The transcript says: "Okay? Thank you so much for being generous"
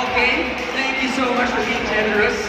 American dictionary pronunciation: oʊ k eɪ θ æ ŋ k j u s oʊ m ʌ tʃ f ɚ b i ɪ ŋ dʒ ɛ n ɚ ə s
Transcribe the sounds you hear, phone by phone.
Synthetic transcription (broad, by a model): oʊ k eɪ t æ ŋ k j u s oʊ m ʌ tʃ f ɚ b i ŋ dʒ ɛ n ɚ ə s